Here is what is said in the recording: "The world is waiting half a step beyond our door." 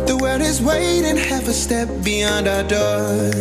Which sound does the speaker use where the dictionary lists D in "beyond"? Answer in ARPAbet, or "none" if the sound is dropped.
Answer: D